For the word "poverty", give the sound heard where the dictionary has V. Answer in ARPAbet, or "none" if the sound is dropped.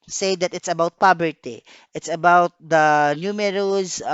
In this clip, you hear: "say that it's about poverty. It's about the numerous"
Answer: B